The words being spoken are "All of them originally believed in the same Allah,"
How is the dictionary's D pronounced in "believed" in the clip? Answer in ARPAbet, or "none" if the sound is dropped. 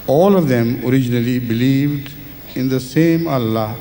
D